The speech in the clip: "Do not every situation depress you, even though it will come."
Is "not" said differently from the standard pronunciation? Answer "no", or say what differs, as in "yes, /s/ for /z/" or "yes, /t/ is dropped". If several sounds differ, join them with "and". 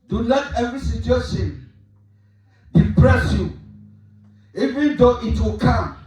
yes, /l/ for /n/